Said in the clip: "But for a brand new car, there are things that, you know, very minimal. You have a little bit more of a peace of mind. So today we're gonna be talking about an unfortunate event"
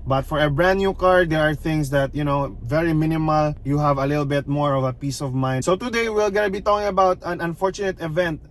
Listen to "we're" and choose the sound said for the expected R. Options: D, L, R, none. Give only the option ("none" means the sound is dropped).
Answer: L